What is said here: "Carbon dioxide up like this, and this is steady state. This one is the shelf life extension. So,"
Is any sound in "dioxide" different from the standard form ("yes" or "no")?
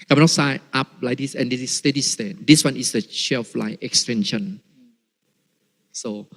yes